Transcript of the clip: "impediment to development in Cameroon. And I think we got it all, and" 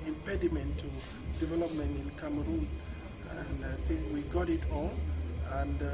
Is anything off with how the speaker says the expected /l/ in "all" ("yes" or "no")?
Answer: yes